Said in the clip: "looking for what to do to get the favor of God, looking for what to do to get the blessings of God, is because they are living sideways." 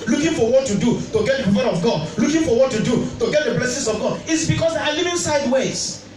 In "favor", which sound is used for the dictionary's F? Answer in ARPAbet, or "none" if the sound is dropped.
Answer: P